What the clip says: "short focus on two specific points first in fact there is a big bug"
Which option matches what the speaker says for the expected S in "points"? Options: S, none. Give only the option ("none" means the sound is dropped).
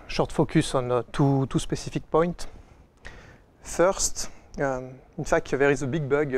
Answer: none